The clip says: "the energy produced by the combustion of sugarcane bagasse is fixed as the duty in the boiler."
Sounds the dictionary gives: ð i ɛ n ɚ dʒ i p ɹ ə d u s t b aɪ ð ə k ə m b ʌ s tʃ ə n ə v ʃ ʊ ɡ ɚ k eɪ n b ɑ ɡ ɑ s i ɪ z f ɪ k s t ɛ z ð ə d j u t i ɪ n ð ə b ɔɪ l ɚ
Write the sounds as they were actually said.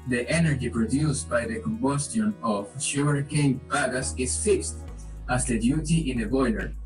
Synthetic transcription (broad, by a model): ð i ɛ n ɚ dʒ i p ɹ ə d u s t b aɪ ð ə k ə m b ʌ s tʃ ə n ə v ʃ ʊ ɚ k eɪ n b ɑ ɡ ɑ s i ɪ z f ɪ k s t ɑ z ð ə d j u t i ɪ n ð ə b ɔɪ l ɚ